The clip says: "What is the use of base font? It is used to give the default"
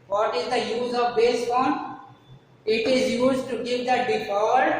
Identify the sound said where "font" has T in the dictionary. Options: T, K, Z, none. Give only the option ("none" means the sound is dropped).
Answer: none